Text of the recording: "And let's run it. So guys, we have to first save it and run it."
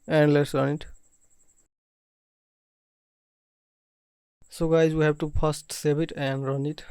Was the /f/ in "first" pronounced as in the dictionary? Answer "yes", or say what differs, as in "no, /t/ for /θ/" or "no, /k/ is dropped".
no, /p/ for /f/